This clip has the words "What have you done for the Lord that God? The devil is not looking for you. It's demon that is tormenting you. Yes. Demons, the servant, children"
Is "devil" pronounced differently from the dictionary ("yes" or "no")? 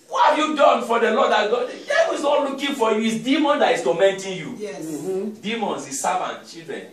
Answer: yes